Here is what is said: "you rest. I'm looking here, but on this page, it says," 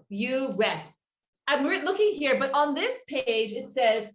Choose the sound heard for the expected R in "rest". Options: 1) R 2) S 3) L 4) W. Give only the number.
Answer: 4